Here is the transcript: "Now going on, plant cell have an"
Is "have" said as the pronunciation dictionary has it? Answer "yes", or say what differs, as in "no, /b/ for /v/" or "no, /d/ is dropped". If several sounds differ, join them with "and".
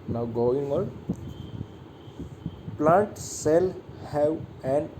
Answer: no, /w/ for /v/